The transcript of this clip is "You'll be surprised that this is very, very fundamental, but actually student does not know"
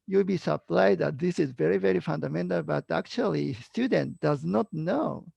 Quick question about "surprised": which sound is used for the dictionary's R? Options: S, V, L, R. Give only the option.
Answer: L